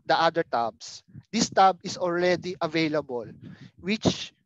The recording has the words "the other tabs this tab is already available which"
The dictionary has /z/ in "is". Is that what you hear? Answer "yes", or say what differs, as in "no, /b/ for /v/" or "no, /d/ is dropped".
no, /s/ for /z/